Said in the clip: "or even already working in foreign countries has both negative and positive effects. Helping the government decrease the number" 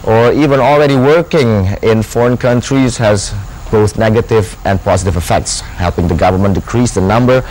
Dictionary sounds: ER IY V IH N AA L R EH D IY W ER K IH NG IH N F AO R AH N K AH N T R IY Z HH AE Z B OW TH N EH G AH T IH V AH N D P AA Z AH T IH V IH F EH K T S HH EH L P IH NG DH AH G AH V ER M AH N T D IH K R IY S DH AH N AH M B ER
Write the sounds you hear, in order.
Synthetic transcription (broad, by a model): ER IY V IH N AA L R EH D IY W ER K IH NG IH N F AO R AH N K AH N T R IY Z HH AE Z B OW TH N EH G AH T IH V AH N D P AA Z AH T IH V IH F EH K T S HH EH L P IH NG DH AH G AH V ER M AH N D IH K R IY S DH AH N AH M B ER